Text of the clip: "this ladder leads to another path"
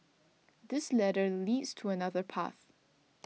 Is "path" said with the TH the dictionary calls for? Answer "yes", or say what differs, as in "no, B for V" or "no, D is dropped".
yes